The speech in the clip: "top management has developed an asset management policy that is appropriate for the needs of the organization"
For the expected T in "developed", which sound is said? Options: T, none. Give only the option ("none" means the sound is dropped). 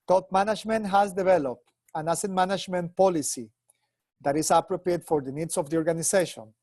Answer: T